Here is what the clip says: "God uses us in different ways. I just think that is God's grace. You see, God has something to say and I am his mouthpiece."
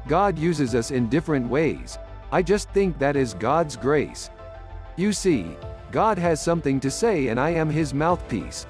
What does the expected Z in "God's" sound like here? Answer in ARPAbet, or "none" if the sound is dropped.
Z